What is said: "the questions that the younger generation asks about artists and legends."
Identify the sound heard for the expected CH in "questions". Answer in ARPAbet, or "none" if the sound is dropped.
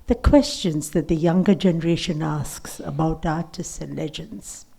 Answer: CH